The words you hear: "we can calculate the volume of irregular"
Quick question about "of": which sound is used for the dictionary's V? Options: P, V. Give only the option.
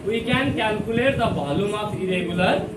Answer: P